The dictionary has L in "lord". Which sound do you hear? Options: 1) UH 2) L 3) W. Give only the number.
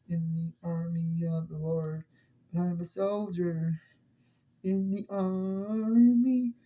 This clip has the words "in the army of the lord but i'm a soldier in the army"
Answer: 2